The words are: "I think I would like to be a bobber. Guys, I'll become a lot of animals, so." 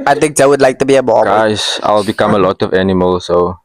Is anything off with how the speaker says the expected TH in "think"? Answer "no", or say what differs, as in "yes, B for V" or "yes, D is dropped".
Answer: yes, T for TH